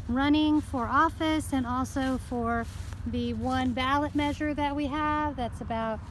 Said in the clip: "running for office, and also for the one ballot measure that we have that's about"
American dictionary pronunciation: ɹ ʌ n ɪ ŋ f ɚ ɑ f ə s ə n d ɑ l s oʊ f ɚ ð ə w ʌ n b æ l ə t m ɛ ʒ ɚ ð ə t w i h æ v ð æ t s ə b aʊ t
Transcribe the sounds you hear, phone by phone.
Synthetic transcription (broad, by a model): ɹ ʌ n ɪ ŋ f ɚ ɑ f ə s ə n ɑ l s oʊ f ɚ ð ə w ʌ n b æ l ə t m ɛ ʒ ɚ ð ə t w i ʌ v ð æ t s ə b aʊ t